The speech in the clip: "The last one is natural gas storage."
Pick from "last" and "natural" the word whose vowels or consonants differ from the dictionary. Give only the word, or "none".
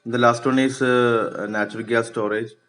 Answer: none